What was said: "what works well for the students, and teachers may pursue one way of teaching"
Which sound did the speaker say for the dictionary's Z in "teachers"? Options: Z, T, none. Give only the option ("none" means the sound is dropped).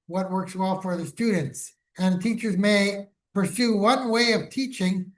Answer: Z